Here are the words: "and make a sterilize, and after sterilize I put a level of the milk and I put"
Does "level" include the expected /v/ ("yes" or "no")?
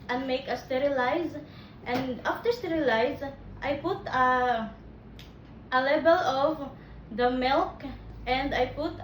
no